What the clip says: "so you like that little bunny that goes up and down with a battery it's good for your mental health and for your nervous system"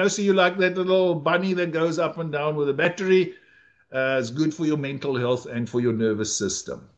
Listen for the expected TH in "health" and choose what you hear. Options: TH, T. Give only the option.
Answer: TH